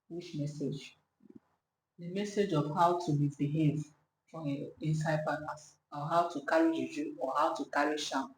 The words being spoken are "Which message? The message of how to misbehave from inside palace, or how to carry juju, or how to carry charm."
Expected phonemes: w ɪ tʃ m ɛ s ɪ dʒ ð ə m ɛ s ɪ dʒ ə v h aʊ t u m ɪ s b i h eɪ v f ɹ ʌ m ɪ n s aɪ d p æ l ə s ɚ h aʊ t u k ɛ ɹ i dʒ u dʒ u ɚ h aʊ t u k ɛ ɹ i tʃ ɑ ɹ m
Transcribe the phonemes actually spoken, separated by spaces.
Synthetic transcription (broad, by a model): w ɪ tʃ m ɛ s ɪ dʒ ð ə m ɛ s ɪ dʒ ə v h aʊ t u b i b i h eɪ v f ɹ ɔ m ɪ n s aɪ d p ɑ n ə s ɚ h aʊ t u k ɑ ɹ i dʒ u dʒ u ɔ h aʊ t u k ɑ ɹ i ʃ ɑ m